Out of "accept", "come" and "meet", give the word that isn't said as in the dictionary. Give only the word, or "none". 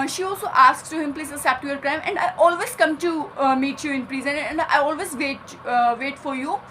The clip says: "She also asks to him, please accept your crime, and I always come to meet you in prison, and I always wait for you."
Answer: accept